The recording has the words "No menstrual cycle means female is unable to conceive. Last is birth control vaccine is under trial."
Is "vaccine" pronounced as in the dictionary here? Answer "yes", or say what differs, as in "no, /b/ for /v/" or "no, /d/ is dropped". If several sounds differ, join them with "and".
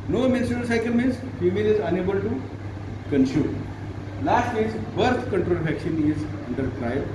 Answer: no, /ʃ/ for /s/